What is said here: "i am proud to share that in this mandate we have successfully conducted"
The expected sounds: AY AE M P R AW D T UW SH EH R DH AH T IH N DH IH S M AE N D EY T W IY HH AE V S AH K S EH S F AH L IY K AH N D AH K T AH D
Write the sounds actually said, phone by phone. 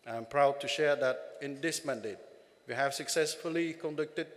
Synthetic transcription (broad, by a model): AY M P R AW D T UW SH EH R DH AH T IH N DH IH S M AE N D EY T W IY HH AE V S AH K S EH S F AH L IY K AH N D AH K T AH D